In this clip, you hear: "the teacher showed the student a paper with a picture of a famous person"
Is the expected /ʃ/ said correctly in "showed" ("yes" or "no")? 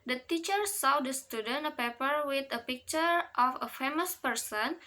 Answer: no